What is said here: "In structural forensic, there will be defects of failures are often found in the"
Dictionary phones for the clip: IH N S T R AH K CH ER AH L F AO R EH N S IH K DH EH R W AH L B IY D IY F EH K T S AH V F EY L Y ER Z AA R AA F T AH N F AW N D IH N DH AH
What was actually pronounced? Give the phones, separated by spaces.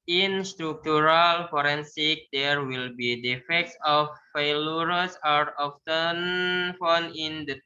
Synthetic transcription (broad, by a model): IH N S T R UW K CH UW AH L F AO R EH N S IH K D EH R W AH L B IY D IY F EH K T S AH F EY L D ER S AA R AA F T AH N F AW N IH N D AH